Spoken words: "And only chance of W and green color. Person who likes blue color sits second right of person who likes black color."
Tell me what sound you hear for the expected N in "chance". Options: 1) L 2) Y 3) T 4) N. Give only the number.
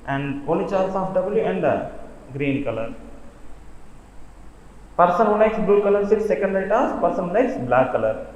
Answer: 1